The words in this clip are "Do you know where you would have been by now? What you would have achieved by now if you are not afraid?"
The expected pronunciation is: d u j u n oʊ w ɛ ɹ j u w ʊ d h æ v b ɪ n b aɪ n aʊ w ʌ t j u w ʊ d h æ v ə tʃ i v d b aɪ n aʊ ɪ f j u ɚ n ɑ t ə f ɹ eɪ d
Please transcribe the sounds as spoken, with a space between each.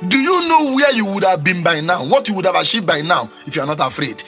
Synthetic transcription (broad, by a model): d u j u n oʊ w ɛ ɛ j u w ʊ d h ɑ v b ɪ n b aɪ n aʊ w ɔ t j u w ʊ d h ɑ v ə ʃ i b aɪ n aʊ ɪ f j u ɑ n ɑ t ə f ɹ eɪ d